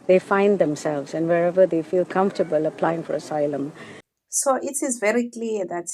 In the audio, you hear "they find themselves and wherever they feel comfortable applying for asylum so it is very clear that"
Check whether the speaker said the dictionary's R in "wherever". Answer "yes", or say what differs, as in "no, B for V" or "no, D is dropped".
yes